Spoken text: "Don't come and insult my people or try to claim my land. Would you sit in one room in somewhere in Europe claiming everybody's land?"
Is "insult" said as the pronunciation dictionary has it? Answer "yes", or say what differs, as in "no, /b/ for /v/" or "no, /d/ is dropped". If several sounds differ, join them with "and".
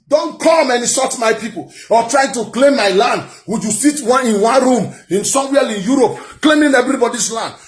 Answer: no, /n/ is dropped and /l/ is dropped